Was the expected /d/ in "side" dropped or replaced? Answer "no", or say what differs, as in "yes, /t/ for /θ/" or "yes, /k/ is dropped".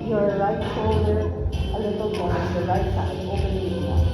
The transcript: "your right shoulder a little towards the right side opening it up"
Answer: yes, /d/ is dropped